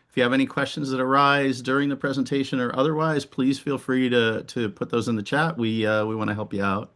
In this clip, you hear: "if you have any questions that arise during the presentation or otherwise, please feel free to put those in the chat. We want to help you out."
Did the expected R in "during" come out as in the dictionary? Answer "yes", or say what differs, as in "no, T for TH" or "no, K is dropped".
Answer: yes